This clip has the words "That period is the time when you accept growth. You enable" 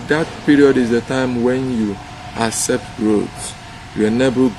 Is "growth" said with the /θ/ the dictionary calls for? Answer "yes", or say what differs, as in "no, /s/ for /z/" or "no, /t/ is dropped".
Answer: no, /t/ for /θ/